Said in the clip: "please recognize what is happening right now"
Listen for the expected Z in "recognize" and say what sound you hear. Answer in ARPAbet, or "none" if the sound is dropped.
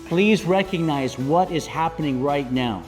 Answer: Z